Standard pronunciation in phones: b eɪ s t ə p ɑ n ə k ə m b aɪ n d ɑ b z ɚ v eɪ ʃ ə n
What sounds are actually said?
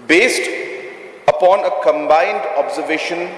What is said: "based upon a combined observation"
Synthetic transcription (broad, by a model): b eɪ s t ə p ɑ n ə k ə m b aɪ n d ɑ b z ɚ v eɪ ʃ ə n